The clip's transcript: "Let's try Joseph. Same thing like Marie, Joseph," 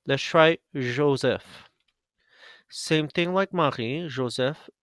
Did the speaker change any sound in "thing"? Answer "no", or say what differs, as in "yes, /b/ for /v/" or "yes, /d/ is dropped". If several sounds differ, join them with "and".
no